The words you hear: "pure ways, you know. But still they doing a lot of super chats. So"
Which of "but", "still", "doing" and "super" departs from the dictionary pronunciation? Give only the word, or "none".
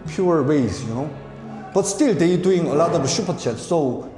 super